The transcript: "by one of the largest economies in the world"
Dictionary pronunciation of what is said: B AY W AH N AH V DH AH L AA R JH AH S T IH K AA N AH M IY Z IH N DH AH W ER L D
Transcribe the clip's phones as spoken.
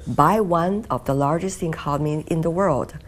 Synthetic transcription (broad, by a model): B AY W AH N AH V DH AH L AA R JH AH S T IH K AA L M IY IH N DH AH W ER L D